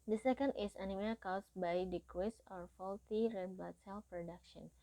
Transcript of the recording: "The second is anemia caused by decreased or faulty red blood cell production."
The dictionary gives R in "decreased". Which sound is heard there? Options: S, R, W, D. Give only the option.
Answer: W